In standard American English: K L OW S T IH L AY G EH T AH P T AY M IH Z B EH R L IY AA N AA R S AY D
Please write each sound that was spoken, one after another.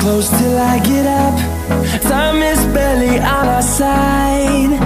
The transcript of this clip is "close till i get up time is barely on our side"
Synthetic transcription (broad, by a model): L OW S T IH L AY G EH T AH P S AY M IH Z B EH L IY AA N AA S AY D